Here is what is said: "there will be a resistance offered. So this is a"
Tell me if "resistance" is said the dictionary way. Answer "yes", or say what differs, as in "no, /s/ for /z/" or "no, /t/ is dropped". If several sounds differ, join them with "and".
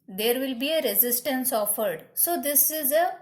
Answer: yes